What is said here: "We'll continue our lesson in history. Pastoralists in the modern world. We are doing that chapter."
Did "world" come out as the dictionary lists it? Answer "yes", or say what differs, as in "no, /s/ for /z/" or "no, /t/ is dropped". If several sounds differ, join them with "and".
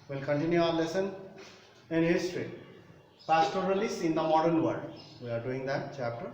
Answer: no, /l/ is dropped